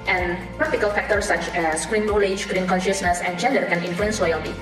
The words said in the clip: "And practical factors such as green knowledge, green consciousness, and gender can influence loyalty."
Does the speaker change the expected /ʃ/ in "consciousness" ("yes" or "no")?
no